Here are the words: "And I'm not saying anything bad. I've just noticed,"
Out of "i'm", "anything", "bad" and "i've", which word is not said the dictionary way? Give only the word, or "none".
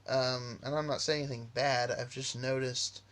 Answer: anything